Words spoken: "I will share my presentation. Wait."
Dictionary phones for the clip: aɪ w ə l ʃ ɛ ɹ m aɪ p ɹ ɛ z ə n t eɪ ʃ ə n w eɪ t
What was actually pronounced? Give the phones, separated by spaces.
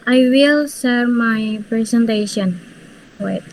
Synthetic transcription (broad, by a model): aɪ w ə l s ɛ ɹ m aɪ p ɹ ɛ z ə n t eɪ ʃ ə n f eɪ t